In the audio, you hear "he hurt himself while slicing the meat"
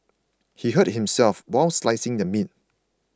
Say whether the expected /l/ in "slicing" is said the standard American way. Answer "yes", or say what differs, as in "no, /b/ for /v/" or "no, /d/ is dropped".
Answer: yes